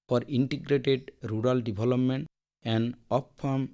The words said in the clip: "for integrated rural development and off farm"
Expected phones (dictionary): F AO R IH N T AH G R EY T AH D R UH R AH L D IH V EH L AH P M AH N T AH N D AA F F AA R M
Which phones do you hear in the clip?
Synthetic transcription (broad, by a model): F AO R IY N T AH G R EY T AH D R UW R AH L D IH B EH L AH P M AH N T AH N D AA P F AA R M